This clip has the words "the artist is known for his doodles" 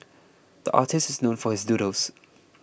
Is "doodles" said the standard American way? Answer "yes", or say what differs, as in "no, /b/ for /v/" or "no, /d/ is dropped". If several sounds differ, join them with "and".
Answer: no, /l/ is dropped